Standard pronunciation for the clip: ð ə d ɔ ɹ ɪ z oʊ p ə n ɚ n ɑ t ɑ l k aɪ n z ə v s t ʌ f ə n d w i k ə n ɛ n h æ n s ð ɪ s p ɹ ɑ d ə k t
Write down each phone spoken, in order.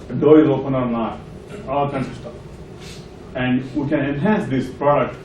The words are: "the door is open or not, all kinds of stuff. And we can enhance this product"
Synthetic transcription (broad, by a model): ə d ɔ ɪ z oʊ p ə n ɚ l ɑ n ɑ l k aɪ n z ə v s t ʌ f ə n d w i k ə n ɛ n h æ n s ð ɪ s p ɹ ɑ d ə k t